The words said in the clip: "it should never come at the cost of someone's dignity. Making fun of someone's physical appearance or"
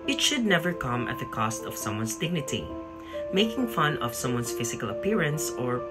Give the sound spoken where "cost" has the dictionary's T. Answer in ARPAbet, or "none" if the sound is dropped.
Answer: T